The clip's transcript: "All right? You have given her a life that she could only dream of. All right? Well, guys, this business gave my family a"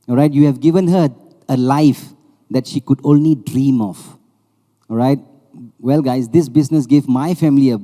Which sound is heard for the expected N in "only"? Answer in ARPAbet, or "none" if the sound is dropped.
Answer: N